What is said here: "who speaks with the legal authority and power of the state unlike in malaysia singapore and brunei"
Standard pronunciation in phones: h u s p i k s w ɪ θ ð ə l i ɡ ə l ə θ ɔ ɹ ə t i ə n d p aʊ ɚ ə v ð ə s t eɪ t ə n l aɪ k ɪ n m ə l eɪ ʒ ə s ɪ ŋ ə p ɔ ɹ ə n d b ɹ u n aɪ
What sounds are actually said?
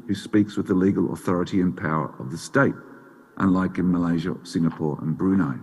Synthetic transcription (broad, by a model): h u s p i k s w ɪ ð ə l i ɡ ə l ə θ ɔ ɹ ə t i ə n p aʊ ɚ ə v ð ə s t eɪ t ə n l aɪ k ɪ n m ə l eɪ ʒ ə s ɪ ŋ ə p ɔ ɹ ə n b ɹ u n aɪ